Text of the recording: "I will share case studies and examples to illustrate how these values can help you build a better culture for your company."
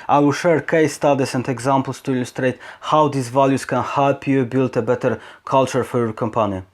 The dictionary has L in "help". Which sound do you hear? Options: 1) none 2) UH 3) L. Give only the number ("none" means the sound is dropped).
1